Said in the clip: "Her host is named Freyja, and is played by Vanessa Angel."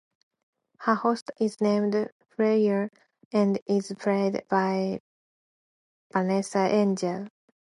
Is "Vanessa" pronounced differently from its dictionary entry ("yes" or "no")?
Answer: yes